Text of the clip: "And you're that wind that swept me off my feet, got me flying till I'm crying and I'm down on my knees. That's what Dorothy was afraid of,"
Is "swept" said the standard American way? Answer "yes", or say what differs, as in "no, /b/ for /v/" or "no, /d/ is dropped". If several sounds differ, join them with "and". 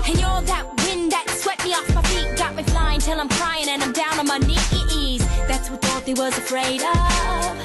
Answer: no, /p/ is dropped